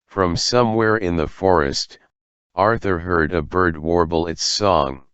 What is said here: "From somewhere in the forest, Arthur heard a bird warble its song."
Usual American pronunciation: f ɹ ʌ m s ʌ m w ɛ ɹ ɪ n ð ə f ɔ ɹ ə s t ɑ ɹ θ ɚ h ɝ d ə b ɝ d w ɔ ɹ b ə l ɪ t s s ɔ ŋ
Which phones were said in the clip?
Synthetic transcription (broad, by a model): f ɹ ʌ m s ʌ m w ɛ ɹ ɪ n ð ə f ɔ ɹ ə s t ɑ ɹ θ ɚ h ɝ d ə b ɝ d w ɔ ɹ b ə l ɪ t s s ɔ ŋ